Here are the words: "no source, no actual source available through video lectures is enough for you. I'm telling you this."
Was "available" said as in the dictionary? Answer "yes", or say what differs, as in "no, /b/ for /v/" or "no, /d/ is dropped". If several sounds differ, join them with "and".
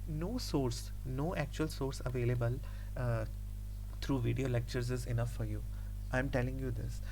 yes